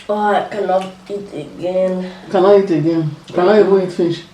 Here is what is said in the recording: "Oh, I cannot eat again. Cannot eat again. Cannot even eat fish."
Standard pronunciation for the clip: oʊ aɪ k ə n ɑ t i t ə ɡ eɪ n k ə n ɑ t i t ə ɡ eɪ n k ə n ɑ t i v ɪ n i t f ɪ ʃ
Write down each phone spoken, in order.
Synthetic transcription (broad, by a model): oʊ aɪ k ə l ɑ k i t ə ɡ eɪ n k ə l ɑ i t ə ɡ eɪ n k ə l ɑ i b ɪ i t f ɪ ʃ